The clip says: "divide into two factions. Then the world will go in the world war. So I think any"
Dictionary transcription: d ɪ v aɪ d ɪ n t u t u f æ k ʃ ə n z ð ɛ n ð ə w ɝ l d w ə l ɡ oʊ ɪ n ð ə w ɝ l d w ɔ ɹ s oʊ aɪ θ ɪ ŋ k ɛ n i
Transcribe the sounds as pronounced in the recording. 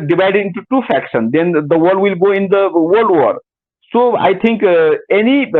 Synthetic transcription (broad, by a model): d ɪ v aɪ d ɪ n t u t u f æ k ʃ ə n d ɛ n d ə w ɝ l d w ə l ɡ oʊ ɪ n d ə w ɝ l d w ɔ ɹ s oʊ aɪ t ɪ ŋ k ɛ n i